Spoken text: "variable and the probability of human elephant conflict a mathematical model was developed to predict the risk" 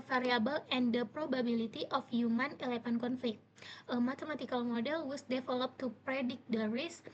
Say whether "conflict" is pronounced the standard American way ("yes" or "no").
yes